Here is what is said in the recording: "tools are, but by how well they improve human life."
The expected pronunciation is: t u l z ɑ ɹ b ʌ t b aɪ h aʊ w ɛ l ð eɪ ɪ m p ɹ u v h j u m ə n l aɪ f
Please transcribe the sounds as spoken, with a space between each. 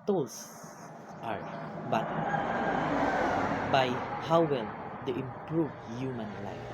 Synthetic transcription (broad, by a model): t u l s ɑ ɹ b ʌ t b aɪ h aʊ w ɛ l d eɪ ɪ m p ɹ u v h j u m ə n l aɪ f